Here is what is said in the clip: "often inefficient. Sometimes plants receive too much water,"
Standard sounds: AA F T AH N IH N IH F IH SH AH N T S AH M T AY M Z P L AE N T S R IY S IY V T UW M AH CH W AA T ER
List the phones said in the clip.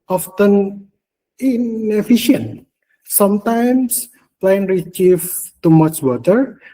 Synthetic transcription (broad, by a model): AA F T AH N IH N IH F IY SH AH N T S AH M T AY M S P L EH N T R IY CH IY F T UW M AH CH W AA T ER